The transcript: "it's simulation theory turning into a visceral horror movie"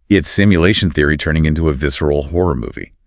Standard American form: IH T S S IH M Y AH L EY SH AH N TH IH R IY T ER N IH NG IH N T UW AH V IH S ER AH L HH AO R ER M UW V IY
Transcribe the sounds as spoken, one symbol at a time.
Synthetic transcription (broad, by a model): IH T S S IH M Y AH L EY SH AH N TH IH R IY T ER N IH NG IH N T UW AH V IH S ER L HH AO R ER M UW V IY